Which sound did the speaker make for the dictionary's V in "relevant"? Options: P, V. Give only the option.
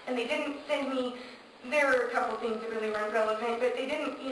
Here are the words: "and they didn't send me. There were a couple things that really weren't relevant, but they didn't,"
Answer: P